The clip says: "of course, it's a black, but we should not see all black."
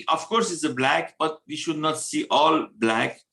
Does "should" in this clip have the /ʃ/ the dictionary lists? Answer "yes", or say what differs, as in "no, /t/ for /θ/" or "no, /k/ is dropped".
yes